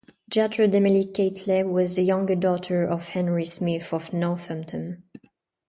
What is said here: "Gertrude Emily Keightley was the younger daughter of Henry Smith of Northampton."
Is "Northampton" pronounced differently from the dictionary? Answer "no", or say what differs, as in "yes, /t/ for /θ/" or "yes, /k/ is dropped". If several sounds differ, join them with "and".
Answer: yes, /p/ is dropped